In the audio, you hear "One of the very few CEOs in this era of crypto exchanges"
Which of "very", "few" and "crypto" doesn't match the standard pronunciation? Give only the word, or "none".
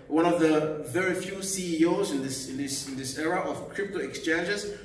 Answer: none